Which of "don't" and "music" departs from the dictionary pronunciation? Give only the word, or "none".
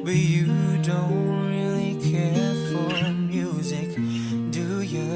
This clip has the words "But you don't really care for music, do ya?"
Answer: none